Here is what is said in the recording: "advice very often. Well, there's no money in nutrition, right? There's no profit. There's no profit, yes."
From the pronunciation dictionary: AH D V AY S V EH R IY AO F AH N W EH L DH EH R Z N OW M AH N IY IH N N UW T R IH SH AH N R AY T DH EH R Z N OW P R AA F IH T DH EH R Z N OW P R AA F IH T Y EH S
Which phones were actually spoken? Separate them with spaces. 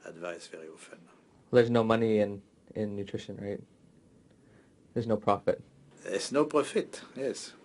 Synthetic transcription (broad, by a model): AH D V AY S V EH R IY AO F AH N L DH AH R Z N OW M AH N IY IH N N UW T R IH SH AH N R AY T DH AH R Z N OW P R AA F IH T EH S N OW P R AA F IH T Y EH S